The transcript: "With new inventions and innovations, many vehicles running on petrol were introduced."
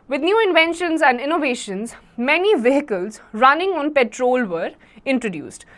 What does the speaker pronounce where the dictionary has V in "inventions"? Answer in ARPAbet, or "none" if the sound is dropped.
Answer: V